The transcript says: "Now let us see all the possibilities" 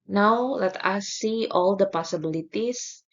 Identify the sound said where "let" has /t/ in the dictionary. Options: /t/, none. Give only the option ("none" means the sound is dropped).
/t/